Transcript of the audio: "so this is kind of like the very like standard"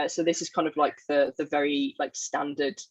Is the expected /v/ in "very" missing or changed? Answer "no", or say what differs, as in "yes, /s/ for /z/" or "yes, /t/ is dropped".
no